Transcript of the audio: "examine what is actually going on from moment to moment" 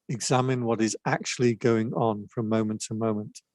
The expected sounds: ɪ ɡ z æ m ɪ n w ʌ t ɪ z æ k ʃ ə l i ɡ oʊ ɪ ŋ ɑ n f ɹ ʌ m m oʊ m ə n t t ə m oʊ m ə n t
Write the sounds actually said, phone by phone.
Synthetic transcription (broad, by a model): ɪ ɡ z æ m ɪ n w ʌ t ɪ z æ k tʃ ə l i ɡ oʊ ɪ ŋ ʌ n f ɹ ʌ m m oʊ m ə n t t ə m oʊ m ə n t